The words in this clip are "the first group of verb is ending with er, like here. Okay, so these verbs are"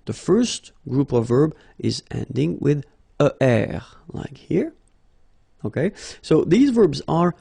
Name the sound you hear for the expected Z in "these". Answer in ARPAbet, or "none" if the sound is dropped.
Z